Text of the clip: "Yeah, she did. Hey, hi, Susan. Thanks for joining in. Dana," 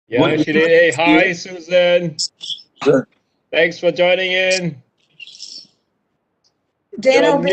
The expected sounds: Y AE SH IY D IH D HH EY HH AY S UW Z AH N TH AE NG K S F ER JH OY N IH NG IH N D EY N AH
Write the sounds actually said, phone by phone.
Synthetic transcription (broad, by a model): Y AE SH IY D IH D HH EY HH AY S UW Z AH N TH AE NG K S F ER JH OY N IH NG IH N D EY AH